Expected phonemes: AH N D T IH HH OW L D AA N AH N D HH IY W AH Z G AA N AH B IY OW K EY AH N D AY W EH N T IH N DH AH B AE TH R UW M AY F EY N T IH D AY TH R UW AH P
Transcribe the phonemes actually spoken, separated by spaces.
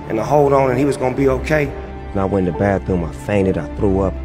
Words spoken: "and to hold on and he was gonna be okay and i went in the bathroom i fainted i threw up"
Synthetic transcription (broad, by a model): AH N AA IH HH OW L D N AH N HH IY W AH Z G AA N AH B IY OW K EY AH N AY W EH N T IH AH B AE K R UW M AY F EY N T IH D AY TH R UW AH P